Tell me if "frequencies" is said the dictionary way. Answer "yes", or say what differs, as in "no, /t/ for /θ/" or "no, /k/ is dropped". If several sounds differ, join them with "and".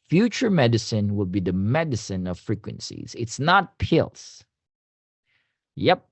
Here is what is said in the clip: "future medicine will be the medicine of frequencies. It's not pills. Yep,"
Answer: yes